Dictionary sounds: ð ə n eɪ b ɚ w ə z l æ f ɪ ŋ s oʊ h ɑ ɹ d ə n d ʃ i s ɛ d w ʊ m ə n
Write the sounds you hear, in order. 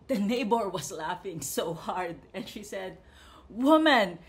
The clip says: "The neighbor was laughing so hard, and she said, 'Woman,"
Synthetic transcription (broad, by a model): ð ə n eɪ b ɚ w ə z l æ f ɪ ŋ s oʊ h ɑ ɹ d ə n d ʃ i s ɛ d w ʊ m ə n